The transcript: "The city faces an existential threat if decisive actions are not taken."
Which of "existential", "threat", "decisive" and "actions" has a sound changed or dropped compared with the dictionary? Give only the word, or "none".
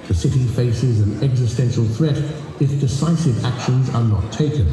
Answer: none